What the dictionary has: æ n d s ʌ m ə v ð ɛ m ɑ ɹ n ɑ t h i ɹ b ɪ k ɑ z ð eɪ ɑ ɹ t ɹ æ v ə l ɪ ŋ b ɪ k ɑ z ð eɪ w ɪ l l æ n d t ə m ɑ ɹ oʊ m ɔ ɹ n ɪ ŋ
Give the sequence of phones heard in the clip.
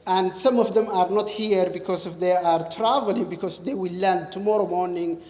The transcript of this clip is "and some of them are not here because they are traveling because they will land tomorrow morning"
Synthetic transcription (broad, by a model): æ n d s ʌ m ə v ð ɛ m ɑ ɹ n ɑ t h i ɹ b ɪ k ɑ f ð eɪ ɑ ɹ t ɹ æ v ə l ɪ ŋ b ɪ k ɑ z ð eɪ w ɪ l l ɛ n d t ə m ɑ ɹ oʊ m ɔ ɹ n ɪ ŋ